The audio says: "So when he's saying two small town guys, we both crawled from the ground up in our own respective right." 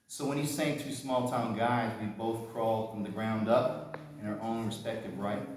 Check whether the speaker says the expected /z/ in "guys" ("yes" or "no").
yes